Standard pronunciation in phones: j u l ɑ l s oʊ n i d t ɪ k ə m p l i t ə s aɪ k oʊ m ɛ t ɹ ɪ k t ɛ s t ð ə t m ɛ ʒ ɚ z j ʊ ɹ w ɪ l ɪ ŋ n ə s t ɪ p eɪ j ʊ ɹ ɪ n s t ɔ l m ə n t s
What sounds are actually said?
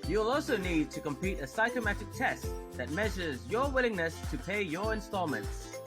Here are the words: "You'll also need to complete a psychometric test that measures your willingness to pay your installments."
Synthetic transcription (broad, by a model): j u l ɑ l s oʊ n i d t ɪ k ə m p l i t ə s aɪ k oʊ m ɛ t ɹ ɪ k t ɛ s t ð ə t m ɛ ʒ ɚ z j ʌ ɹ w ɪ l ɪ ŋ n ə s t ɪ p eɪ j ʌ ɹ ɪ n s t ɔ l m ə n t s